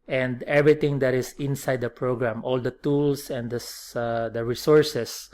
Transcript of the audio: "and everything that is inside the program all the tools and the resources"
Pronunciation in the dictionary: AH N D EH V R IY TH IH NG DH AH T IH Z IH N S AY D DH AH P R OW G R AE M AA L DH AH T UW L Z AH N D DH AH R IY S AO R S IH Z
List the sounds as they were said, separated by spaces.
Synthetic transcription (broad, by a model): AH N D EH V R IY T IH NG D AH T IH S IH N S AY D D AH P R OW G R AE M AA L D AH T UW L S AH N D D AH R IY S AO R S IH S